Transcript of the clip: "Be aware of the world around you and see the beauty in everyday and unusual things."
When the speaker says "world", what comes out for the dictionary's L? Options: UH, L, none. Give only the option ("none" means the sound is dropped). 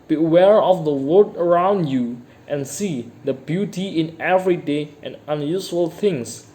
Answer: none